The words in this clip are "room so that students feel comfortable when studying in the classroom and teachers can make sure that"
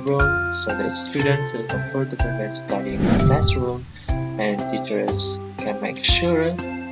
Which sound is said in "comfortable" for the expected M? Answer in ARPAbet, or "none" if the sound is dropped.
none